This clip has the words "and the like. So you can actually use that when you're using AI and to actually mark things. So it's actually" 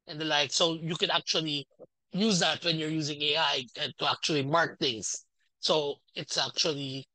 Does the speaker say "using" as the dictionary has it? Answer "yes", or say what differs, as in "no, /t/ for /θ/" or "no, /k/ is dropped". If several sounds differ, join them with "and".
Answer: yes